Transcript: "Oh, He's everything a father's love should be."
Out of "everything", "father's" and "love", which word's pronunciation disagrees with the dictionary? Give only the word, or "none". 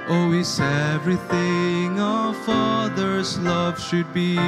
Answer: none